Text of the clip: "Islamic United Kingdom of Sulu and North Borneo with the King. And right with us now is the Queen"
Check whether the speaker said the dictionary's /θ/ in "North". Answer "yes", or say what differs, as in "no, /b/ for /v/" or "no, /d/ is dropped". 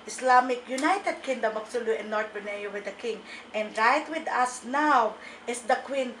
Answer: no, /t/ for /θ/